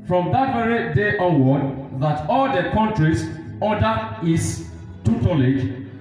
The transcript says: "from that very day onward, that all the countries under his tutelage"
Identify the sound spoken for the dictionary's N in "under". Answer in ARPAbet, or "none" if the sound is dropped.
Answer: none